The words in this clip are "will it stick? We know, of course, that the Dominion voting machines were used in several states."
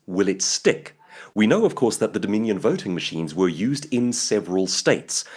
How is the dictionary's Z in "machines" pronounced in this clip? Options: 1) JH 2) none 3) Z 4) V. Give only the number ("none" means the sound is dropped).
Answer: 3